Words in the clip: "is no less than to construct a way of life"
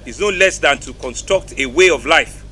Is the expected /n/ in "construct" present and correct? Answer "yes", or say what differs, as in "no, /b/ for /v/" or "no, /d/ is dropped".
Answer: yes